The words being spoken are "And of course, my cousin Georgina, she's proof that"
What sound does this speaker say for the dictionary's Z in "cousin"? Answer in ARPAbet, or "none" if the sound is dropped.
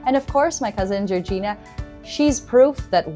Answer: Z